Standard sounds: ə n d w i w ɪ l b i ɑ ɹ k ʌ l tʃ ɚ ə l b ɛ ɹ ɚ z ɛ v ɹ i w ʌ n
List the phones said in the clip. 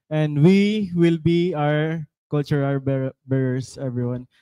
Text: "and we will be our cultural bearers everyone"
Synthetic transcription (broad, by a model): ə n d w i w ɪ l b i ɑ ɹ k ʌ l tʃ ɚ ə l b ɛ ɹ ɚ s ɛ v ɹ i w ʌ n